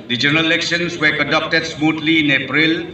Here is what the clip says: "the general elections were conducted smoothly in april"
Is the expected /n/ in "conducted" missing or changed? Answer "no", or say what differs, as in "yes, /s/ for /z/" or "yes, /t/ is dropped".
yes, /n/ is dropped